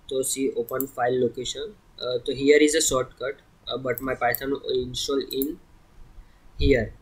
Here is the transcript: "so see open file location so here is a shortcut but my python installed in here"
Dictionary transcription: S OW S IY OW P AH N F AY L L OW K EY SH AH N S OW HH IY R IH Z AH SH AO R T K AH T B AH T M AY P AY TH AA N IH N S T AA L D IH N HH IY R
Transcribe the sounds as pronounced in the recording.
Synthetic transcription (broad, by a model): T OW S IY OW P AH N F AY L L OW K EY SH AH N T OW HH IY R IH Z AH S AO R T K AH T B AH T M AY P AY T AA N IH N S T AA L IH N HH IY R